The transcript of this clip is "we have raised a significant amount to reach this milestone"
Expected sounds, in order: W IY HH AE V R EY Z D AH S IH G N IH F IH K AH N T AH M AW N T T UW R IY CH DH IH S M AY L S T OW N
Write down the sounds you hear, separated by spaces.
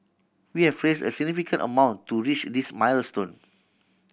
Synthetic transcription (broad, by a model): W IY HH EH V R EY S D AH S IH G N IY F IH K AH N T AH M AW N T T UW R IY CH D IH S M AY L S T OW N